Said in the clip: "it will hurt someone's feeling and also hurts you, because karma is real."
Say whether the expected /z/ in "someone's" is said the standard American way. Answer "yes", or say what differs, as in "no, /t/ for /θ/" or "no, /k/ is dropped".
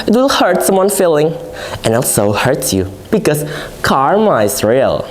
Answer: no, /z/ is dropped